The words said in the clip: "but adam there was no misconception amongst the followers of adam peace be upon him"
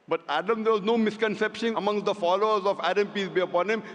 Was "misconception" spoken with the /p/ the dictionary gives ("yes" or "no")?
yes